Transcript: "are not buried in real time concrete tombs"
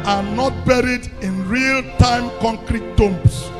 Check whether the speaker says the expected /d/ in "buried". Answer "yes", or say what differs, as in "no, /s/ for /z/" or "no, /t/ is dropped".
yes